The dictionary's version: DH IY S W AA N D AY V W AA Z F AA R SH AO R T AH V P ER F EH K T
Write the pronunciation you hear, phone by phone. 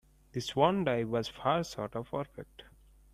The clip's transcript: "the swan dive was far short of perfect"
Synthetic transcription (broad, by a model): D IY S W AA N D AY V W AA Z F AA R S AO R T AH V P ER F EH K T